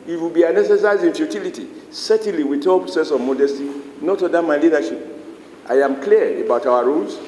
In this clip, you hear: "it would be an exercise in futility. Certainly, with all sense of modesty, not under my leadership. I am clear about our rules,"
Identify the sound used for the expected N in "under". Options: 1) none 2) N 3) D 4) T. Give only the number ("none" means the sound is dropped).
1